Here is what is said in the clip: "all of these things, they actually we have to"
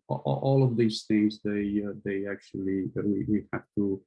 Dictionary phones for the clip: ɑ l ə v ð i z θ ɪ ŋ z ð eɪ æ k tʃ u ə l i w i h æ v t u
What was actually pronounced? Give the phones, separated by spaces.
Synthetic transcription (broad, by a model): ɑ l ə v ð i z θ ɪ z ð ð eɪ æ k tʃ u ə w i w i h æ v t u